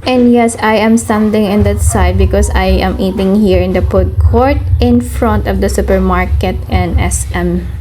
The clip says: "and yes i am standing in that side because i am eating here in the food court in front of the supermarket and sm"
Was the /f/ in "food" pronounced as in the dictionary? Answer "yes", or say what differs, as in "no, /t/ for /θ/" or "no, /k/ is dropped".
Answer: no, /p/ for /f/